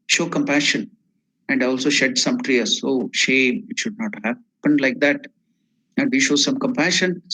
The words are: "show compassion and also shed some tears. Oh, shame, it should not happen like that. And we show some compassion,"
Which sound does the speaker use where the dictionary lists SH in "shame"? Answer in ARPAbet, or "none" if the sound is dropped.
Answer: SH